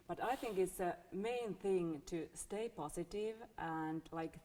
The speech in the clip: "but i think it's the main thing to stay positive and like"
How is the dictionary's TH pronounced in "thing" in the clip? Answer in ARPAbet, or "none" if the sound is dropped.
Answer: TH